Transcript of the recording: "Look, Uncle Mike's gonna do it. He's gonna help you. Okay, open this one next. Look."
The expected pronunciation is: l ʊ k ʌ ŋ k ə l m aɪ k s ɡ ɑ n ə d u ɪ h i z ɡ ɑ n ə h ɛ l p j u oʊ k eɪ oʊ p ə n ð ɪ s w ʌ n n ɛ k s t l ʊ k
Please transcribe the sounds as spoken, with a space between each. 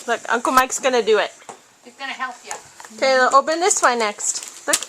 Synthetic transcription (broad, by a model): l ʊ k ʌ ŋ k ə l m aɪ k s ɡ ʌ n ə d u ɪ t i s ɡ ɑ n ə h ɛ l p j u oʊ k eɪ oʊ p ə n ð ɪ s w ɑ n n ɛ k s t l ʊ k